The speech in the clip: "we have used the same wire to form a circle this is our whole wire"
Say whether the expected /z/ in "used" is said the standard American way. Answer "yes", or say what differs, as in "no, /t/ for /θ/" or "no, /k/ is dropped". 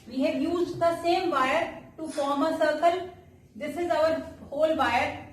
yes